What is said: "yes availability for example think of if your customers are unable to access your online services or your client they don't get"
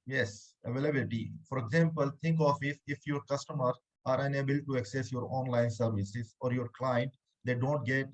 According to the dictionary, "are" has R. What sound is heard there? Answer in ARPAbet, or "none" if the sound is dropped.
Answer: R